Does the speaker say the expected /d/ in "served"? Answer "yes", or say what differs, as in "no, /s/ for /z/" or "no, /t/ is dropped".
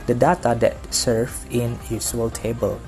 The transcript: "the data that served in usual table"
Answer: no, /d/ is dropped